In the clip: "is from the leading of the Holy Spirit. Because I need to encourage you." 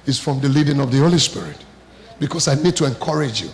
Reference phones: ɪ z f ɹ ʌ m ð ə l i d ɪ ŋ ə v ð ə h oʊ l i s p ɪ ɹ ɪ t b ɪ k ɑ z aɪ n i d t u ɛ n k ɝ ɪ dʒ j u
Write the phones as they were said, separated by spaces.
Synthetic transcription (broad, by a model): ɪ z f ɹ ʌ m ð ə l i d ɪ ŋ ə v ð ə h oʊ l i s p ɪ ɹ ɪ t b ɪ k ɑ s aɪ n i d t u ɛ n k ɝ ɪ dʒ j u